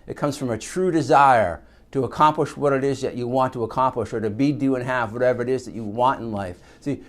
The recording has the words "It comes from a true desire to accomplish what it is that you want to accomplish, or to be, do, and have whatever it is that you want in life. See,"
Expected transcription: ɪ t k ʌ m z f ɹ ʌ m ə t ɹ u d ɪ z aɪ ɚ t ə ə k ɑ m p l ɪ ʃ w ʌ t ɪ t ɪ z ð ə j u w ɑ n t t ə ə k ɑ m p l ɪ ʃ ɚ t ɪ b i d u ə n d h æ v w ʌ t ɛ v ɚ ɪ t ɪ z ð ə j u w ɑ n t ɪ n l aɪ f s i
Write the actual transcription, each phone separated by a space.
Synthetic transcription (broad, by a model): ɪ t k ʌ m z f ɹ ʌ m ə t ɹ u d ɪ z aɪ ɚ t ə ə k ɑ m p l ɪ ʃ w ʌ t ɪ t ɪ z ð ə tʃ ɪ w ɑ n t t ə ə k ɑ m p l ɪ ʃ ɚ t ɪ b i d u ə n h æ v w ʌ t ɛ v ɚ ɪ t ɪ z ð ə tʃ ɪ w ɑ n t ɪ n l aɪ f s i